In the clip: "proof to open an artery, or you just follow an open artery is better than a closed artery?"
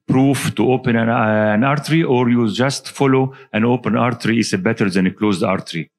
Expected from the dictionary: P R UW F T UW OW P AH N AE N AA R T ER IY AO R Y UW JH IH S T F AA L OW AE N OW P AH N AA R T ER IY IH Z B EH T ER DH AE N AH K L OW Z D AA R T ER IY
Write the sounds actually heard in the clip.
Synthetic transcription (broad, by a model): P R UW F T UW OW P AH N AE N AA R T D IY AO R Y UW JH IH S T F AA L OW AE N OW P AH N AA R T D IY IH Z B EH T ER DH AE N AH K L OW Z D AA R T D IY